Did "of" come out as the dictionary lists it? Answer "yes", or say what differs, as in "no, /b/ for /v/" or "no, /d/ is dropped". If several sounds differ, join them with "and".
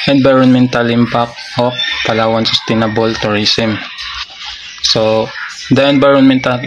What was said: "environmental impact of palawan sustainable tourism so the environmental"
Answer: no, /p/ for /v/